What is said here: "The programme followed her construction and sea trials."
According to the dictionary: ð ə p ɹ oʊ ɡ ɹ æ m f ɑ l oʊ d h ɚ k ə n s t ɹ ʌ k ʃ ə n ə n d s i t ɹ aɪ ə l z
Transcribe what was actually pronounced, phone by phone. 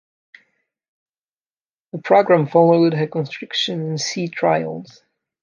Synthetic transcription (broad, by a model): ð ə p ɹ oʊ ɡ ɹ æ m f ɑ l oʊ d h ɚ k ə n s t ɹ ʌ k ʃ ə n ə n s i t ɹ aɪ ə l z